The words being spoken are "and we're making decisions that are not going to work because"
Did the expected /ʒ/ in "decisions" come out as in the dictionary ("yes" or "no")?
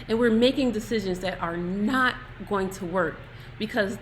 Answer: yes